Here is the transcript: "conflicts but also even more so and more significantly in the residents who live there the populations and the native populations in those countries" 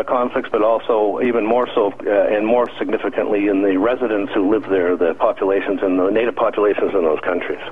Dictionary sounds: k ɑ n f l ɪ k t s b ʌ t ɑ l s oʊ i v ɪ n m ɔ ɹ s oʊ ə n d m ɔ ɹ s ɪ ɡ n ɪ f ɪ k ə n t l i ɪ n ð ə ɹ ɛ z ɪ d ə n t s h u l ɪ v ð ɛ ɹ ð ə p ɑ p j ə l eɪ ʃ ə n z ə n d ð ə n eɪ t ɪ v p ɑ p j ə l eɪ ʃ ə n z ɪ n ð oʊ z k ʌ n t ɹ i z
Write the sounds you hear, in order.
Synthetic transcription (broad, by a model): k ɑ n f l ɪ k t s b ʌ t ɑ l s oʊ i v ɪ n m ɔ ɹ s oʊ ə n m ɔ ɹ s ɪ ɡ n ɪ f ɪ k ə n t l i ɪ n ð ə ɹ ɛ z ɪ d ə n t s h u l ɪ v ð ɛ ɹ ð ə p ɑ p j ə l eɪ ʃ ə n z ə n ð ə n eɪ t ɪ v p ɑ p j ə l eɪ ʃ ə n z ɪ n ð oʊ z k ʌ n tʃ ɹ i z